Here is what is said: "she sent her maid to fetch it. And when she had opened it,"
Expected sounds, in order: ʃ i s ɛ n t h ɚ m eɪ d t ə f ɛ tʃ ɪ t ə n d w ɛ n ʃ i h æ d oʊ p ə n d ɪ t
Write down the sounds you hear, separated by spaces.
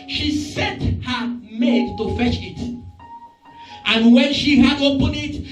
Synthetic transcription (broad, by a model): ʃ i s ɛ n t h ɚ m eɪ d t ə f ɛ tʃ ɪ t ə n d w ɛ n ʃ i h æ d oʊ p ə n ɪ t